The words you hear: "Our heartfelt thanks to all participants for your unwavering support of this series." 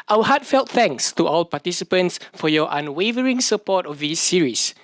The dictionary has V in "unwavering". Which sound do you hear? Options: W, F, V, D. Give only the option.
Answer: V